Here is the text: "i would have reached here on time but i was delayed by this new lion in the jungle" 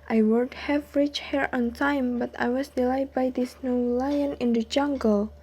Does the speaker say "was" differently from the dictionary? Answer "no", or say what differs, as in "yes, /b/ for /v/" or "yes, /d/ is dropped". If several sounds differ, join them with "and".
yes, /s/ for /z/